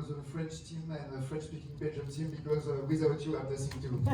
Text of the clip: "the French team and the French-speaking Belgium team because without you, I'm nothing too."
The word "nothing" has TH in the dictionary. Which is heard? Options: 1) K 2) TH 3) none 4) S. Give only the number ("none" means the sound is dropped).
4